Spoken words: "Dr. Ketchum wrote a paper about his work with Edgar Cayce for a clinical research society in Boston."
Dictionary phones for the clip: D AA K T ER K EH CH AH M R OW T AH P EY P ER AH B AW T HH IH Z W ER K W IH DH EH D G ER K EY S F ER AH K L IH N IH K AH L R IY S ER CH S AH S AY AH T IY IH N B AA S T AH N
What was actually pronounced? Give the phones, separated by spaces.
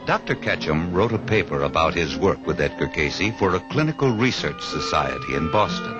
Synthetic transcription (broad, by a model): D AA K T ER K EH CH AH M R OW T AH P EY P ER AH B AW T HH IH Z W ER K W IH DH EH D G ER K EY S F ER AH K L IH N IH K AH L R IY S ER CH S AH S AY AH T IY IH N B AA S T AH N